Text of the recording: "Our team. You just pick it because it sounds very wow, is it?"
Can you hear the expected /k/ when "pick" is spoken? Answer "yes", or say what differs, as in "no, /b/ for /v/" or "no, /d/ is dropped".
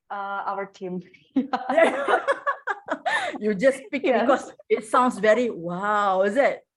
yes